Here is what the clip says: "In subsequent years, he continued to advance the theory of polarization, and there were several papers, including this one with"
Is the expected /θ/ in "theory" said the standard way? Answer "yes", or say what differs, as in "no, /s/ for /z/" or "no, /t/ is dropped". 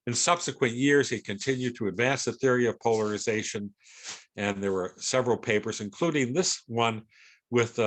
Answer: yes